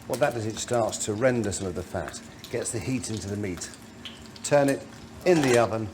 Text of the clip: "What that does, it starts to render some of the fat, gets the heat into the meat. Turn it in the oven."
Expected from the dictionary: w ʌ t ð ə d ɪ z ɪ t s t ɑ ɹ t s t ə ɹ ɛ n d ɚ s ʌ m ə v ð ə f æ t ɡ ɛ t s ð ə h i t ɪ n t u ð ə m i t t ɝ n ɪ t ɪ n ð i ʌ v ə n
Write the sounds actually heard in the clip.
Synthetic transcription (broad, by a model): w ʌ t ð ə d ɪ z ɪ t s t ɑ ɹ t s t ə ɹ ɛ n d ɚ s ʌ m ə v ð ə f æ t ɡ ɛ t s ð ə h i t ɪ n t u ð ə m i t t ɝ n ɪ t ɪ n ð i ʌ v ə n